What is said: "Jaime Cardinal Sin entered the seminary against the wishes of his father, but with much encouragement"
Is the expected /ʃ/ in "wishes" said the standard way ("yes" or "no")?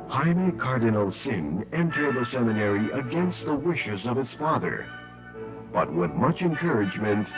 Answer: yes